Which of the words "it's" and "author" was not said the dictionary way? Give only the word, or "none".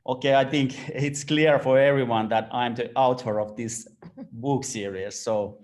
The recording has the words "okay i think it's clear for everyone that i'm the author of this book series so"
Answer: author